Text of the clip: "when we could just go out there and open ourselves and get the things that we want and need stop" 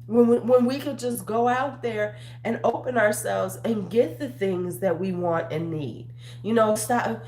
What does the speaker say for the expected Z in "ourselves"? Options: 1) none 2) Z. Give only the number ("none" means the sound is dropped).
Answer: 2